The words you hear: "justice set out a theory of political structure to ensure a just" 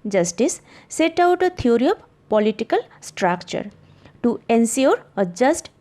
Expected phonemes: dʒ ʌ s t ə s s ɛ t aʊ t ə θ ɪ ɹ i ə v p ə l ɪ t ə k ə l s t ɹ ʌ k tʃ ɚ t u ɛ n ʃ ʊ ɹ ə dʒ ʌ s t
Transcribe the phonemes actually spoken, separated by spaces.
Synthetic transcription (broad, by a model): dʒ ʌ s t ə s s ɛ t aʊ t ə t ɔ ɹ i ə p p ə l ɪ t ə k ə l s t ɹ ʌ k tʃ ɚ t u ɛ n s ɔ ɹ ə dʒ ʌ s t